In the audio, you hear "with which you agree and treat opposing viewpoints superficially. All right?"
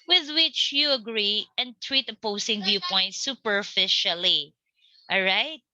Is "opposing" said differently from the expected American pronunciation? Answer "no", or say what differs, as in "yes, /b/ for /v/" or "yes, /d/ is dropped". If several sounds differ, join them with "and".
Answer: yes, /s/ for /z/